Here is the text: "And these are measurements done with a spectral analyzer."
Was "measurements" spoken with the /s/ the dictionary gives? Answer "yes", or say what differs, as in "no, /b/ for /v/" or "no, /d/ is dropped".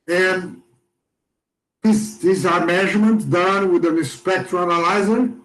no, /s/ is dropped